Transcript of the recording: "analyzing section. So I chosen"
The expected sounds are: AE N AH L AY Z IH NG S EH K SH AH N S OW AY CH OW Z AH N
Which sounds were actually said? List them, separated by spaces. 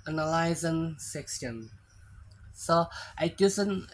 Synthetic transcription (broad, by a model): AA N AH L AY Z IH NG S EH K S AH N S OW AY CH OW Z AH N